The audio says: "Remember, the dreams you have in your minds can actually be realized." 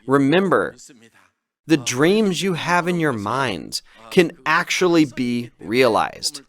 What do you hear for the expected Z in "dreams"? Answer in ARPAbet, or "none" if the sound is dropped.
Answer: Z